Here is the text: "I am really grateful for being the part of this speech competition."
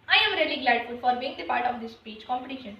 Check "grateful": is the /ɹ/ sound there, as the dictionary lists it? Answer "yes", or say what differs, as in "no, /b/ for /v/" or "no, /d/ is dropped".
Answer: no, /l/ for /ɹ/